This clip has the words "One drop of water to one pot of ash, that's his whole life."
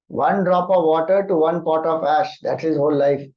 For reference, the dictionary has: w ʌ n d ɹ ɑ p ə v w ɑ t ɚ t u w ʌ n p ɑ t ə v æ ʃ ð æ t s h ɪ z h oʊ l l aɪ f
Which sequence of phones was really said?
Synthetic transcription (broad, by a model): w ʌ n d ɹ ɑ p ə v ɑ t ɚ t u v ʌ n p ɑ t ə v æ ʃ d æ t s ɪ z h oʊ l l aɪ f